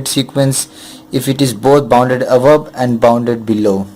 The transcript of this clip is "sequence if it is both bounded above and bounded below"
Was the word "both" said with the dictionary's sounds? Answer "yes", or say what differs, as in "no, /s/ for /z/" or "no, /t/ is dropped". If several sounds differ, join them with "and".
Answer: no, /t/ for /θ/